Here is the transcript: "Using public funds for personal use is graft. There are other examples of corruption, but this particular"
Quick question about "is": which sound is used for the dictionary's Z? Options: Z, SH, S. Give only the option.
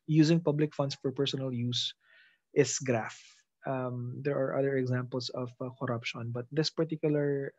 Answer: S